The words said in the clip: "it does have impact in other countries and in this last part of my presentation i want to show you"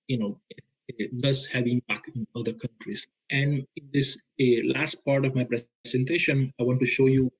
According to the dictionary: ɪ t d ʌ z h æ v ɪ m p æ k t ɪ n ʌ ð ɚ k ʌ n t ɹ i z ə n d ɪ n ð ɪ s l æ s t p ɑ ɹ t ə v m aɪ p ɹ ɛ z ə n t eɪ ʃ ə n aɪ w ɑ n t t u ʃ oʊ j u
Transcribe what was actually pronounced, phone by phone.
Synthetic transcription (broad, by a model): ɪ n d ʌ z h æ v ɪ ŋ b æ k ɪ n ʌ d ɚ k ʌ n t ɹ i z ə n d ɪ n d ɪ s l æ s t p ɑ ɹ t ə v m aɪ p ɹ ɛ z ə n t eɪ ʃ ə n aɪ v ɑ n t t u ʃ oʊ j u